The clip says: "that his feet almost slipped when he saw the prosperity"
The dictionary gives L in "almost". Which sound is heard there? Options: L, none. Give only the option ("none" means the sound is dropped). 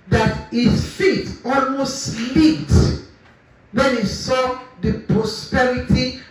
L